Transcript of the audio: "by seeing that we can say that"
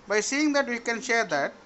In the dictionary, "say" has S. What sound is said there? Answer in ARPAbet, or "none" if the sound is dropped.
SH